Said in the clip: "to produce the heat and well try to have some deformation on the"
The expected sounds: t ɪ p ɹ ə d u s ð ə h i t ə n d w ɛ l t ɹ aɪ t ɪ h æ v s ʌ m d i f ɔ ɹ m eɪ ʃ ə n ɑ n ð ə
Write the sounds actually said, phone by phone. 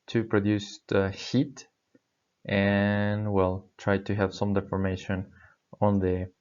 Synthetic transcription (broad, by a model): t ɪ p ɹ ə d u s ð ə h i t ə n w ɛ l t ɹ aɪ t ɪ h æ v s ʌ m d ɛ f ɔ ɹ m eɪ ʃ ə n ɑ n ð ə